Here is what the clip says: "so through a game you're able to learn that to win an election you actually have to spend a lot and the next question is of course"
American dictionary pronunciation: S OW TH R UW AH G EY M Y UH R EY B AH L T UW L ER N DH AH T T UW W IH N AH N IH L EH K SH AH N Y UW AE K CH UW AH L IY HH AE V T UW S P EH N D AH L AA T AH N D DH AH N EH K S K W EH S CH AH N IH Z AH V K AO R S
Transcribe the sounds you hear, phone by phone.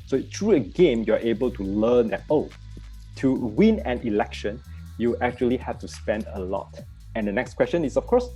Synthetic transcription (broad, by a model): S OW T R UW AH G EY M Y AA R EY B AH L T UW L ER N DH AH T T UW W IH N AH N IH L EH K SH AH N Y UW AE K CH UW AH L IY HH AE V T UW S P EH N D AH L AA T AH N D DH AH N EH K S K W EH S CH AH N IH S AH F K AO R S